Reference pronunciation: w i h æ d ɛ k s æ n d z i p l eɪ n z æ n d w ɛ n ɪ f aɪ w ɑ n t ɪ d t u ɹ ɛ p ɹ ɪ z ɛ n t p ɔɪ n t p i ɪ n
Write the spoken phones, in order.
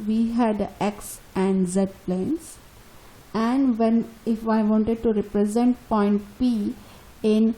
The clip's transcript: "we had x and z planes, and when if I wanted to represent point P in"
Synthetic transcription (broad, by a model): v i h æ d ɛ k s æ n d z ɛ p l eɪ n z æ n d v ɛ n ɪ f aɪ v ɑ n t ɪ d t u ɹ ɛ p ɹ ɪ z ɛ n t p ɔɪ n t p i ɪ n